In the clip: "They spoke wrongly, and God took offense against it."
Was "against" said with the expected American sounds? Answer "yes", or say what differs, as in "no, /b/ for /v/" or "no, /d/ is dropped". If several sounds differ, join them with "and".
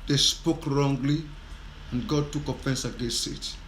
no, /n/ is dropped